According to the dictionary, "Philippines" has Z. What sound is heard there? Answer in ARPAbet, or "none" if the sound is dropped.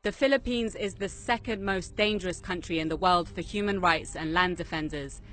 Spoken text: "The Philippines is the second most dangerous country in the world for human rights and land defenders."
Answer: Z